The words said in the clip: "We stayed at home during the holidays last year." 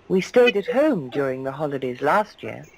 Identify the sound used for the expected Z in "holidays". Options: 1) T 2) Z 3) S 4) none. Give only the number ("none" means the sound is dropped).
2